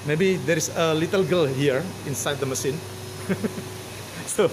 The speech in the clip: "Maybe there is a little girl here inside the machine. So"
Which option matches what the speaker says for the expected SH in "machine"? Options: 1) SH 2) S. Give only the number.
2